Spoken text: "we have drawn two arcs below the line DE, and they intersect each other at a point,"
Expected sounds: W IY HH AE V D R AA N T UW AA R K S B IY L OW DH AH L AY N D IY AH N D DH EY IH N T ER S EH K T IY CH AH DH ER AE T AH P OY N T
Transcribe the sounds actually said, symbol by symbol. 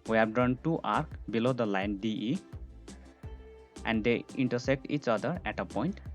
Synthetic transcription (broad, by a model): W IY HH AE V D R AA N T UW AA R K B IY L OW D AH L AY N D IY AH N D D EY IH N T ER S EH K T IY CH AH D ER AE T AH P OY N T